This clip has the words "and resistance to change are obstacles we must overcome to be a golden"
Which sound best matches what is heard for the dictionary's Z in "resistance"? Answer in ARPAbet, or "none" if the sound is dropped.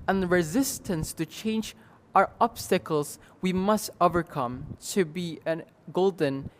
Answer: Z